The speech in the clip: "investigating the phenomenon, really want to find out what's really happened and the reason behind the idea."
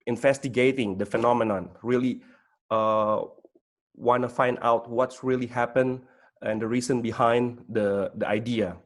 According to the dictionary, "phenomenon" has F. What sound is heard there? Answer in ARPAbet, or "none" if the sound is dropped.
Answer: F